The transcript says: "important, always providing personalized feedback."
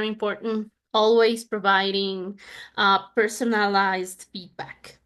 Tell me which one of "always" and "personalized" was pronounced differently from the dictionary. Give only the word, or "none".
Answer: none